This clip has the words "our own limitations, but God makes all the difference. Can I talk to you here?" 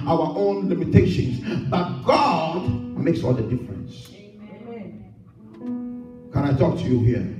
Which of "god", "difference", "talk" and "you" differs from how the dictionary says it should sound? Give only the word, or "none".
none